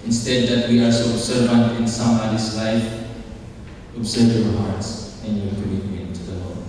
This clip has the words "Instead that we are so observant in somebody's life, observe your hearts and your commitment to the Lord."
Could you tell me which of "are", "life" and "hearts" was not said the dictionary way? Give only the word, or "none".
are